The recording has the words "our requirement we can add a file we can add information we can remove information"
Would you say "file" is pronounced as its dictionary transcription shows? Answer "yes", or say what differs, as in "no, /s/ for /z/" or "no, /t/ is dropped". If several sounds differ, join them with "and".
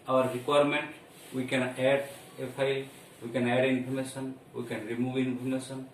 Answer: no, /p/ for /f/